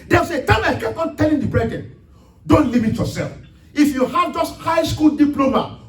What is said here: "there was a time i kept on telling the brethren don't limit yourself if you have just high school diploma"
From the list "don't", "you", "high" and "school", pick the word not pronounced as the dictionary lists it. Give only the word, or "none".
none